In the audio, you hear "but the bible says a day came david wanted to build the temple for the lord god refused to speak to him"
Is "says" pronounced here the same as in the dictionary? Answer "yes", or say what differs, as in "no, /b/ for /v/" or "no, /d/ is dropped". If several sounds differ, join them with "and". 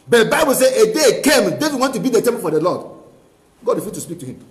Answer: no, /z/ is dropped